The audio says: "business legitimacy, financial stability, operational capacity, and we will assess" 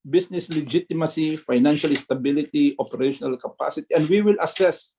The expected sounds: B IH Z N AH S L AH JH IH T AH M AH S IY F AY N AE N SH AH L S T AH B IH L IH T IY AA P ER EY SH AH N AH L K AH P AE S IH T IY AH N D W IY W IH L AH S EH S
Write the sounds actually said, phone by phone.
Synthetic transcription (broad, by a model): B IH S N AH S L AH JH IH T AH M AH S IY F AY N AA N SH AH L S T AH B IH L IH T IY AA P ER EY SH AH N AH L K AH P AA S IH T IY AH N D W IY W IH L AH S EH S